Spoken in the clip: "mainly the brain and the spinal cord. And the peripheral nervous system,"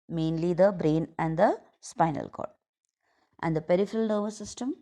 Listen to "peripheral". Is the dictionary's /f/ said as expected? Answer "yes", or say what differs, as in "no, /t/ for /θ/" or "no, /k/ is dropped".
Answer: yes